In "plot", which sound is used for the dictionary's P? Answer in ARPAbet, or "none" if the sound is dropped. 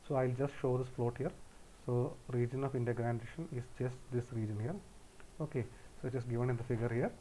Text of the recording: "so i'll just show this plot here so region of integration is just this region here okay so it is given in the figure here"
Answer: F